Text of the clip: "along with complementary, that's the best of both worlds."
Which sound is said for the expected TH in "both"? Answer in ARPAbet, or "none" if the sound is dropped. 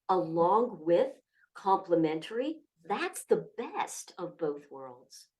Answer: TH